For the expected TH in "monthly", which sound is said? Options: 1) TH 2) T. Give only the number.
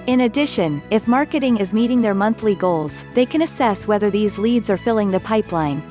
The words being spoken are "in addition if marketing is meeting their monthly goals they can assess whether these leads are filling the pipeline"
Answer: 1